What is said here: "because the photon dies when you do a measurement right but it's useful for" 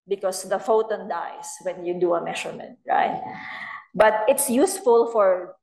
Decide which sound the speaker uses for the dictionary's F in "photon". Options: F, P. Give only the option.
F